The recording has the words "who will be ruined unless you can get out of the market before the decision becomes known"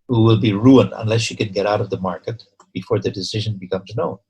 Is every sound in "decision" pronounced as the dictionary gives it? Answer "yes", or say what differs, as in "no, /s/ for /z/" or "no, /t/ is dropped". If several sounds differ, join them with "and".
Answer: yes